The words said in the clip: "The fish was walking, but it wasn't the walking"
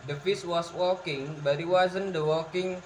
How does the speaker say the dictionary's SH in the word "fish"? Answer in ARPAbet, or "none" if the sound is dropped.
S